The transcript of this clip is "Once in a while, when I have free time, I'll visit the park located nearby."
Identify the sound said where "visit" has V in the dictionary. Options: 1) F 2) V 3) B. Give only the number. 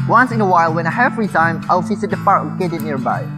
1